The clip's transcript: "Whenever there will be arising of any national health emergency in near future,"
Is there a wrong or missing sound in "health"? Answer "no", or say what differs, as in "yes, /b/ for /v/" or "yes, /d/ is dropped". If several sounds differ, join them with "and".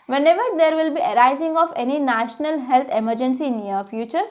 yes, /t/ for /θ/